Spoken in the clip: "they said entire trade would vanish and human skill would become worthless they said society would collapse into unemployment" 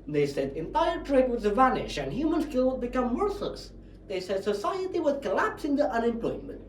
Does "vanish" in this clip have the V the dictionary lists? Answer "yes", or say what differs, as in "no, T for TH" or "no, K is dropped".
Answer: yes